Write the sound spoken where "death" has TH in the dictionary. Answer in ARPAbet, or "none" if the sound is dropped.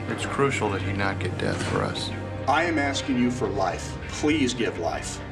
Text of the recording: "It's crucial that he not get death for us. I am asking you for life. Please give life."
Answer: TH